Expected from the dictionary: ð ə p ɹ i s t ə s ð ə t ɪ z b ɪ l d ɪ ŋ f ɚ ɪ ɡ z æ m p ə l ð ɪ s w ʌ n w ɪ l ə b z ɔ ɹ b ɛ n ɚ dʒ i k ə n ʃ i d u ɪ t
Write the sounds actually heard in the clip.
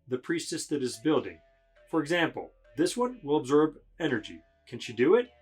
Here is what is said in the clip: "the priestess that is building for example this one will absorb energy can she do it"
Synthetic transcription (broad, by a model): ð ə p ɹ i s t ə s ð ə t ɪ z b ɪ l d ɪ ŋ f ɚ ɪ ɡ z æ m p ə l ð ɪ s w ʌ n w ɪ l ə b z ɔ ɹ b ɛ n ɚ dʒ i k ə n ʃ i d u ɪ t